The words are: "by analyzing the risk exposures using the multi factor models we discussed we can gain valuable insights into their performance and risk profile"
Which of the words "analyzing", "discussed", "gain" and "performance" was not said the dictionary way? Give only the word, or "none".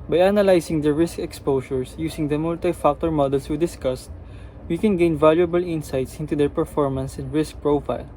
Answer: analyzing